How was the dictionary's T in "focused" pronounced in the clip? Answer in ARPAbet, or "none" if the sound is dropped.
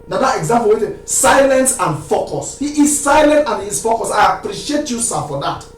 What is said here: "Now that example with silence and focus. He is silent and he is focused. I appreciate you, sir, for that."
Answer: none